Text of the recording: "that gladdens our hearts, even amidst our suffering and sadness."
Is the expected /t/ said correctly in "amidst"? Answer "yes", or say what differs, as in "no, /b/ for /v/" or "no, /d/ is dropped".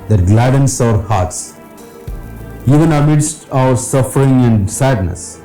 yes